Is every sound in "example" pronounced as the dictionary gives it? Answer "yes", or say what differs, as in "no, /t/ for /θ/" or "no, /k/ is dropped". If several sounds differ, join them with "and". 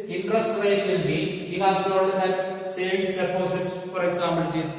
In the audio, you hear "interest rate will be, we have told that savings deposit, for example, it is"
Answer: no, /p/ is dropped